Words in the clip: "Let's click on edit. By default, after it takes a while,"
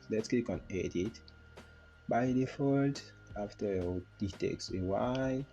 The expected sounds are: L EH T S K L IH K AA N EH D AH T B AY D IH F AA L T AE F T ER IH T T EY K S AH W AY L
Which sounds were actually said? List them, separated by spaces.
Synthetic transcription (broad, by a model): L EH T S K IY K AA N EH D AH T B AY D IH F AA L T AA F T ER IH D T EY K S AH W AY